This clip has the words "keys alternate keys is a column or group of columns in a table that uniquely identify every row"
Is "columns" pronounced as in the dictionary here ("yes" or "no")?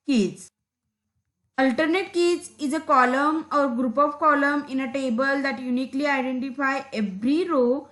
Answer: no